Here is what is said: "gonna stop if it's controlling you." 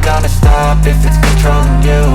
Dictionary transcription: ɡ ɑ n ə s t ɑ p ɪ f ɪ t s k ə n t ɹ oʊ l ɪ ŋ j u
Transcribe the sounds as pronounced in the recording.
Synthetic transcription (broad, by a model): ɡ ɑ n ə s t ɑ p ɪ f ɪ t s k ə t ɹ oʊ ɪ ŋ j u